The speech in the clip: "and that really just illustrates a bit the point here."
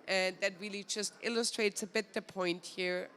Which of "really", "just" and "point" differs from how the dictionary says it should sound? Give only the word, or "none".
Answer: none